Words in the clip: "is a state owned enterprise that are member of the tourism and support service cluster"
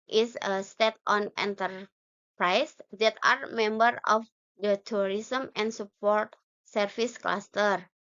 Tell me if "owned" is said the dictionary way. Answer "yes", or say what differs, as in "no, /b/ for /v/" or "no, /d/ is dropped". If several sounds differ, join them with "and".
no, /d/ is dropped